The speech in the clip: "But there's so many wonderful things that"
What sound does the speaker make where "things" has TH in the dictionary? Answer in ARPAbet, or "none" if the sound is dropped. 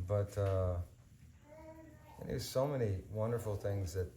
TH